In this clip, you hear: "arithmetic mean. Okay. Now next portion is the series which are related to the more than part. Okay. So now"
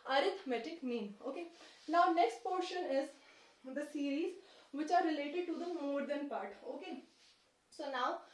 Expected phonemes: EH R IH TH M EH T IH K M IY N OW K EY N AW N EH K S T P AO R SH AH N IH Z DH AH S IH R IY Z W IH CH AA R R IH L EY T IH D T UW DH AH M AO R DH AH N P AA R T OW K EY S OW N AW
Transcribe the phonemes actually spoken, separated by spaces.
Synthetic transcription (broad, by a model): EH R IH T M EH T IH K M IY N OW K EY N AW N EH K S T P AO R SH AH N IH Z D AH S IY R IY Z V IH CH AA R R IH L EY T IH D T UW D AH M AO R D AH N P AA R T OW K EY S OW N AW